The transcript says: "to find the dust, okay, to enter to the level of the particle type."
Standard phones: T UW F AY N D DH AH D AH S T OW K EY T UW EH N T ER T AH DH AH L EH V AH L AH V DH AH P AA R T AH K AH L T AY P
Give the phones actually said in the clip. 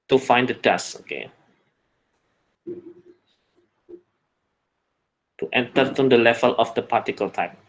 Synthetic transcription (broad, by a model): T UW F AY N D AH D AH S OW K EY T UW EH N T ER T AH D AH L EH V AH L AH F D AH P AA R T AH K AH L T AY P